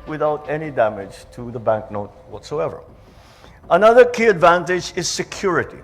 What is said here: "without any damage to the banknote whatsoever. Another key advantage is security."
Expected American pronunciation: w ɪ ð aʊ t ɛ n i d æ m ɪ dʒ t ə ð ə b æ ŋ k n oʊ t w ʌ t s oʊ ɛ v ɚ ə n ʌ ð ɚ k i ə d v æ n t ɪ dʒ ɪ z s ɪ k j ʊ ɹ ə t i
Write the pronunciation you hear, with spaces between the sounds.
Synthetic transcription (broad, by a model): w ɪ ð aʊ t ɛ n i d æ m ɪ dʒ t ə ð ə b æ ŋ k n oʊ t w ʌ t s oʊ ɛ v ɚ ə n ʌ ð ɚ k i ə d v æ n t ɪ dʒ ɪ z s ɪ k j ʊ ɹ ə t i